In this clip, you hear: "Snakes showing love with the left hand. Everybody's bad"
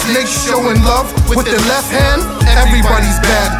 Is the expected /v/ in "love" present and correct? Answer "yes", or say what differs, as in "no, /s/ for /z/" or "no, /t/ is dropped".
yes